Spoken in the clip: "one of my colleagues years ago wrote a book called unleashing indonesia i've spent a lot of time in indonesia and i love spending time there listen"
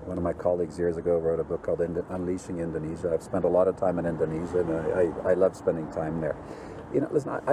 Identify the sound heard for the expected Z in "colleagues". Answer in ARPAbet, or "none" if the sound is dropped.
Z